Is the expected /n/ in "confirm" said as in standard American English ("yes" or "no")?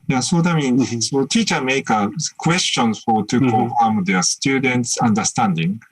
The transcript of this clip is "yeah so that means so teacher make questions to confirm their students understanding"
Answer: no